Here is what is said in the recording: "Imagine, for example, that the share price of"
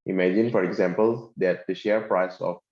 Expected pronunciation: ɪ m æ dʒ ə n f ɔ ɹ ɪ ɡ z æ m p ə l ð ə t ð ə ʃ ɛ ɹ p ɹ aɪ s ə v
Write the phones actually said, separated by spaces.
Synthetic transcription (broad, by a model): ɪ m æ dʒ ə n f ɔ ɹ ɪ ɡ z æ m p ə l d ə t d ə ʃ ɛ ɹ p ɹ aɪ s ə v